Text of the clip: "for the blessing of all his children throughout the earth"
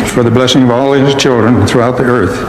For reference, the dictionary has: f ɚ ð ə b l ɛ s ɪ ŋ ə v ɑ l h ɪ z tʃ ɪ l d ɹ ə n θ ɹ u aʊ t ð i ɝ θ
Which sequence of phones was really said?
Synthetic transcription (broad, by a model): f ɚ ð ə b l ɛ s ɪ ŋ ə v ɑ l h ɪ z tʃ ɪ l d ɹ ə n θ ɹ u aʊ t ð i ɝ θ